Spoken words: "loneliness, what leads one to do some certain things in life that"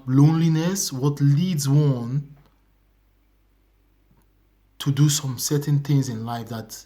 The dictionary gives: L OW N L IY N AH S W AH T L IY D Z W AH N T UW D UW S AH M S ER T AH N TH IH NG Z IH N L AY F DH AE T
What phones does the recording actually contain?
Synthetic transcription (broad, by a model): L OW N L IY N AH S W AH T L IY D Z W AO N T UW D UW S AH M S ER T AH N TH IH NG Z IH N L AY F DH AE T